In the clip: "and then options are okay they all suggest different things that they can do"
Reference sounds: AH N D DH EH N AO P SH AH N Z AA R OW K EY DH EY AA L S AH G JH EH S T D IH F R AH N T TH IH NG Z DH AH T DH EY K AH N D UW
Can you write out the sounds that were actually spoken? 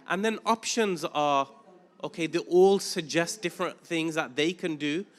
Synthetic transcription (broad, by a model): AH N DH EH N AO P SH AH N Z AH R OW K EY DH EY AA L S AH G JH EH S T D IH F R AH N TH IH NG Z DH AH T DH EY K AH N D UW